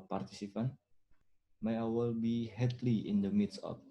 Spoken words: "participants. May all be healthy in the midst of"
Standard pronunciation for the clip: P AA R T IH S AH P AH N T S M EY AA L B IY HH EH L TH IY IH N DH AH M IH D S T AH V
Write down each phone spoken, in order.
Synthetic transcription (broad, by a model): P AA R T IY S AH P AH N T M EY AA L B IY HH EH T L IY IH N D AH M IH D S AH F